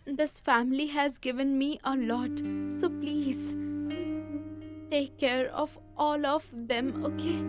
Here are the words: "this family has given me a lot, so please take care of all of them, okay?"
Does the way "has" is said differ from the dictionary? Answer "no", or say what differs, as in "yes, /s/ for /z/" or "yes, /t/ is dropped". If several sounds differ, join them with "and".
no